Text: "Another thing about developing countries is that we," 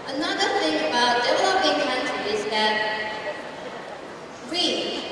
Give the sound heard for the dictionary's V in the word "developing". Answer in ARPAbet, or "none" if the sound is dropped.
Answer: W